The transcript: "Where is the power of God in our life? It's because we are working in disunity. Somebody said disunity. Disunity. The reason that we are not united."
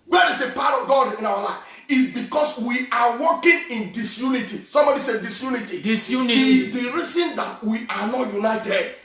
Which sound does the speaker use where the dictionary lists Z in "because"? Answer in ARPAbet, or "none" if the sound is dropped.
S